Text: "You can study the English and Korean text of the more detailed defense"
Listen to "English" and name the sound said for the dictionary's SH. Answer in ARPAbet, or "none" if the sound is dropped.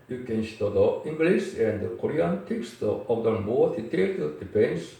S